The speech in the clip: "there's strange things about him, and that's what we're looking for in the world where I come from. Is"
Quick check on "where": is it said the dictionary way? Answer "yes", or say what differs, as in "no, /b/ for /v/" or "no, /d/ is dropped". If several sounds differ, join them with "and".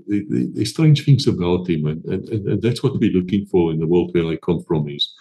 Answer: no, /l/ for /ɹ/